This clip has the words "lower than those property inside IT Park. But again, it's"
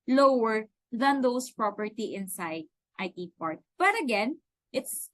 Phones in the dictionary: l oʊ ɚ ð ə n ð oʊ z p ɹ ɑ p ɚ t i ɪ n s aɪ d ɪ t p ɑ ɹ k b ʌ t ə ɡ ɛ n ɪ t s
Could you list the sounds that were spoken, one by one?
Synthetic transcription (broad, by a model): l oʊ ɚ ð ə n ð oʊ s p ɹ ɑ p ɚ t i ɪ n s aɪ d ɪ t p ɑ ɹ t b ʌ t ə ɡ ɛ n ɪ t s